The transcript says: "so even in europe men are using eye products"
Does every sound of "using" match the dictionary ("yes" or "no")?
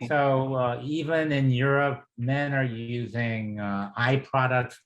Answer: yes